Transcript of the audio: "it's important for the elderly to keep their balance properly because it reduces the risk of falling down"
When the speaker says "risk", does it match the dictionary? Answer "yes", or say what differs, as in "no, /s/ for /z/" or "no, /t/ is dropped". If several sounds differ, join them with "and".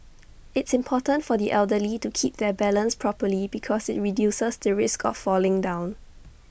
yes